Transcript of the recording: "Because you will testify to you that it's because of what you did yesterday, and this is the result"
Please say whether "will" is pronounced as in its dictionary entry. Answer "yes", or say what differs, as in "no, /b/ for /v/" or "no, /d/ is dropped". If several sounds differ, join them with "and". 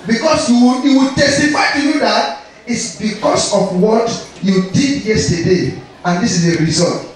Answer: no, /w/ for /l/